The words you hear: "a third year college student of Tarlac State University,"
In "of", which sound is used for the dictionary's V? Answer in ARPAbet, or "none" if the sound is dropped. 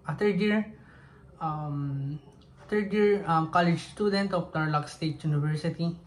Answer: P